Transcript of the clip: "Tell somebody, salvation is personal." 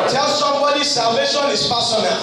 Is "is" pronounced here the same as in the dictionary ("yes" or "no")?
no